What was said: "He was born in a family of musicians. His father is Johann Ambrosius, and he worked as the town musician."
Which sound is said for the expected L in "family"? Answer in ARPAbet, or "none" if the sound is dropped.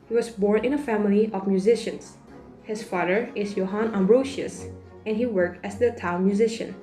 L